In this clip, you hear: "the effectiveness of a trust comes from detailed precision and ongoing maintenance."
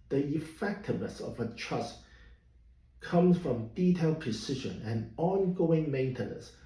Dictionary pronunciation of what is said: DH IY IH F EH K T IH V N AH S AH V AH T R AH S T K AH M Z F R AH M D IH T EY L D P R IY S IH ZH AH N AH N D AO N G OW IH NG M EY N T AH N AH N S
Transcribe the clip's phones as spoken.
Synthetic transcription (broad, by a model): DH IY IH F EH K T IH V N AH S AH V AH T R AH S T K AH M Z F R AH M D IH T EY L D P R IY S IH ZH AH N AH N AO N G OW IH NG M EY N T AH N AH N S